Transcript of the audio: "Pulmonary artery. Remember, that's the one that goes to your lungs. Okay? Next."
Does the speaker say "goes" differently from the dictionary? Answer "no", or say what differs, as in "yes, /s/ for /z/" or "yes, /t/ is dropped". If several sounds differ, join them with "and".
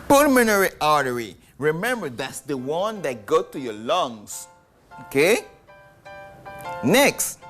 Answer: yes, /z/ is dropped